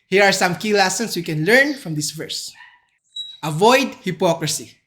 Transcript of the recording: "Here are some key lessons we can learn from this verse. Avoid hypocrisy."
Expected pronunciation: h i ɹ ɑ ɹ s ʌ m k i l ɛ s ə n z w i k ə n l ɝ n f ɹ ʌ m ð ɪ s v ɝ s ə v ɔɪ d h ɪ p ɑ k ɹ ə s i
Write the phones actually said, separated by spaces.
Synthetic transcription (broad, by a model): h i ɹ ɑ ɹ s ʌ m k i l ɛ s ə n s w i k ə n l ɝ n f ɹ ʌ m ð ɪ s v ɝ s ə v ɔɪ d h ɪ p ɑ k ɹ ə s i